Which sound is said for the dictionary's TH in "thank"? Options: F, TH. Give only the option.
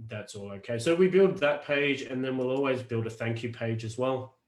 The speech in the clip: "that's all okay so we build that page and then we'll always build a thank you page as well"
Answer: TH